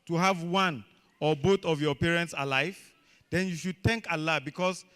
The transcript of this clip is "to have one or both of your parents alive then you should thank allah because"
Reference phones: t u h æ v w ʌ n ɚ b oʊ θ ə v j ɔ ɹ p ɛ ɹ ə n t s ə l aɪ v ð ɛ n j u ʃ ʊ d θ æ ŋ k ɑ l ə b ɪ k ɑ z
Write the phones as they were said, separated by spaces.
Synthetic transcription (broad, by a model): t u h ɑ v w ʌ n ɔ b oʊ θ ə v j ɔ p ɛ ɹ ə n t s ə l aɪ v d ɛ n j u ʃ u d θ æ ŋ k ɑ l ə b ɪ k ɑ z